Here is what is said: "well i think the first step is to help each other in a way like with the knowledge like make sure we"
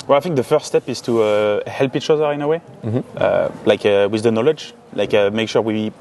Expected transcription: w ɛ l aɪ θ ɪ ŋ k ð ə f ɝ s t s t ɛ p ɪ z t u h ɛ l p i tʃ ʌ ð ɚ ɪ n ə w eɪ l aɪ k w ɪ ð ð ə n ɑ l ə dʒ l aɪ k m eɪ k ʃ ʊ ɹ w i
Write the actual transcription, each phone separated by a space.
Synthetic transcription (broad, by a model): w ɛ l aɪ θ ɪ ŋ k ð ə f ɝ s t s t ɛ p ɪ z t u h ɛ l p i tʃ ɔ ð ɚ ɪ n ə w eɪ l aɪ k w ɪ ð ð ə n ɑ l ə dʒ l aɪ k m eɪ k ʃ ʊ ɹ w i